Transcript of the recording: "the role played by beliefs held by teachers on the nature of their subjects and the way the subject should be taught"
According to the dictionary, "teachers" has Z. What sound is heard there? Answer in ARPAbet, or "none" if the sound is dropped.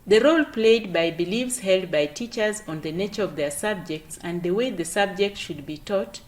Z